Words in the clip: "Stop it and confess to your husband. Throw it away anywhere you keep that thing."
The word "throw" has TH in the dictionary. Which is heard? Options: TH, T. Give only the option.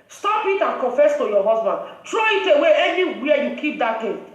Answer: T